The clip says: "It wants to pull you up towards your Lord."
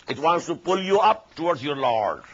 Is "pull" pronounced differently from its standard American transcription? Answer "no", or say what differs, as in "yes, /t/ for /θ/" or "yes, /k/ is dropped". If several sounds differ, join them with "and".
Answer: no